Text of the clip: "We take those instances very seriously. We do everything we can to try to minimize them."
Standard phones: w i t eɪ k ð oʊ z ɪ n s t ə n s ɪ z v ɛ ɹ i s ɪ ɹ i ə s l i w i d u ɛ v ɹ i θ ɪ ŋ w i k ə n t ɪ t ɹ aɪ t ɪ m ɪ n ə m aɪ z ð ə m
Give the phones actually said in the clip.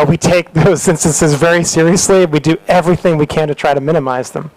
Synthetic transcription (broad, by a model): w i t eɪ k ð oʊ z ɪ n s t ə n s ɪ z v ɛ ɹ i s ɪ ɹ i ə s l i w i d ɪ ɛ v ɹ i θ ɪ ŋ w i k ə n t ɪ t ɹ aɪ t ɪ m ɪ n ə m aɪ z ð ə m